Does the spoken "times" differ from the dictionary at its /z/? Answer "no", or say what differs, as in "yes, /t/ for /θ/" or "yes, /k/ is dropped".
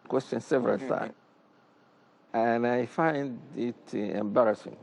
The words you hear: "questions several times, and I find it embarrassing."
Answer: yes, /z/ is dropped